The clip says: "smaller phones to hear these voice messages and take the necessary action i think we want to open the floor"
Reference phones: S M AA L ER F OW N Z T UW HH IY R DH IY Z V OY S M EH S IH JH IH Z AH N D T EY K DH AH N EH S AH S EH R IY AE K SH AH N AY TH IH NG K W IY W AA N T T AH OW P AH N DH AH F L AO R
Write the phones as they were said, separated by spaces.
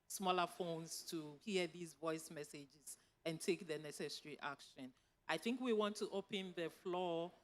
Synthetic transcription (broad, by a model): S M AA L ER F OW N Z T UW HH IY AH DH IY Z V OY S M EH S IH JH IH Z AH N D T EY K DH AH N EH S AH S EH R IY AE K SH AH N AY TH IH NG K W IY W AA N T T OW P AH N DH AH F L AO